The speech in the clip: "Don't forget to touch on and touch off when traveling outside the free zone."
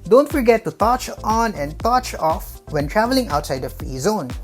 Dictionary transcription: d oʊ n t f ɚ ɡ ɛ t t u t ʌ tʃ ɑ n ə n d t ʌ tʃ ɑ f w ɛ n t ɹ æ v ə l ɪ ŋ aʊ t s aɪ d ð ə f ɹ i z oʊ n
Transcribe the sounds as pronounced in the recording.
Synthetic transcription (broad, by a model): d oʊ n t f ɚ ɡ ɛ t t u t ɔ tʃ ɑ n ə n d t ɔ tʃ ɑ f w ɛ n t ɹ æ v ə l ɪ ŋ aʊ t s aɪ d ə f i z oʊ n